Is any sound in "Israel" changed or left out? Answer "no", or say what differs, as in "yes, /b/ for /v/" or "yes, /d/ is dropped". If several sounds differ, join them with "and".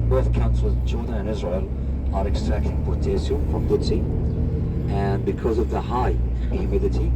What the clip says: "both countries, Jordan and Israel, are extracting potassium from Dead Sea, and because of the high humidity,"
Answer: no